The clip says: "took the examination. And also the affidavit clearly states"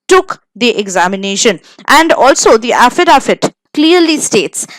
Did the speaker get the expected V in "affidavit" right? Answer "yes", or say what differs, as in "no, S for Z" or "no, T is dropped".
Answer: no, F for V